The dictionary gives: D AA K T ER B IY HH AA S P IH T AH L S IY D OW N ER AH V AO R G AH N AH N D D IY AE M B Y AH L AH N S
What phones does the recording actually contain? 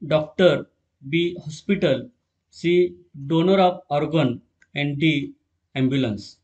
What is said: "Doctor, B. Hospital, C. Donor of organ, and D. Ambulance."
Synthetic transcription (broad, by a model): D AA K T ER B IY HH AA S P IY T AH L S IY D OW N ER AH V AO R G AH N AH N D D IY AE M B Y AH L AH N S